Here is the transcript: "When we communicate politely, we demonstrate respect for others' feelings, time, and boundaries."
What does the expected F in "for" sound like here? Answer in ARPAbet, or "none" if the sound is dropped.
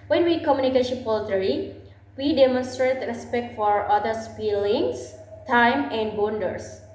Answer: F